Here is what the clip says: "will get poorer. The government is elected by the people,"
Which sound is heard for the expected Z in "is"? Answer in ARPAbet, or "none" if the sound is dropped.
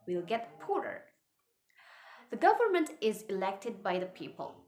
Z